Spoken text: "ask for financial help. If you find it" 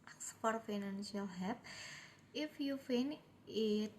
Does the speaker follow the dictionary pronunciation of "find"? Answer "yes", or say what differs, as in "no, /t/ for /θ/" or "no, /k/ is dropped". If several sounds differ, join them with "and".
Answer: no, /d/ is dropped